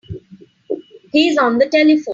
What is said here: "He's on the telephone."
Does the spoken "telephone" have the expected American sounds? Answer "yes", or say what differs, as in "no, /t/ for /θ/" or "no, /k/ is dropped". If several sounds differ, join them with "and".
no, /n/ is dropped